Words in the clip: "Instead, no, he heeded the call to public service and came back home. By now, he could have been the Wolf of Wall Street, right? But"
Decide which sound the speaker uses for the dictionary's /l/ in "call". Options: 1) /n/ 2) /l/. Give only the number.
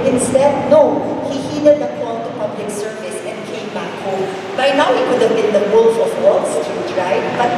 1